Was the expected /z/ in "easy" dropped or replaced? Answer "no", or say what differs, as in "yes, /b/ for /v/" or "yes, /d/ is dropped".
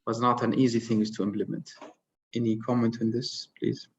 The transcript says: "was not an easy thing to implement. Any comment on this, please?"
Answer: no